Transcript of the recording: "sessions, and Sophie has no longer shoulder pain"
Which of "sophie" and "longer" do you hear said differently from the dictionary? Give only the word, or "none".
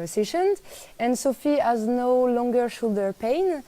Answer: none